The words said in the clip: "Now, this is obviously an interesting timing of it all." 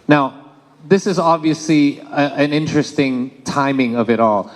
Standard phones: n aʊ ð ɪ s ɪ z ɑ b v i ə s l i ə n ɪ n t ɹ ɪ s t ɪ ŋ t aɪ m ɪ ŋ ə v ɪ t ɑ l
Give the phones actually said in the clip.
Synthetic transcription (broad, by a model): n aʊ ð ɪ s ɪ z ɑ b v i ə s l i ə n ɪ n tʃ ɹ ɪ s t ɪ ŋ t aɪ m ɪ ŋ ə v ɪ t ɑ l